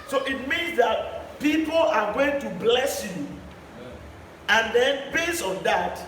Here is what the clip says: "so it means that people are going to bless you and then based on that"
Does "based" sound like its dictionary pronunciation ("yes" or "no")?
no